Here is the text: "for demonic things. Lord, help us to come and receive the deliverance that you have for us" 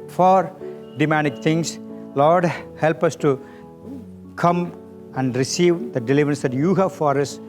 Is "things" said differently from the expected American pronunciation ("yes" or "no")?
yes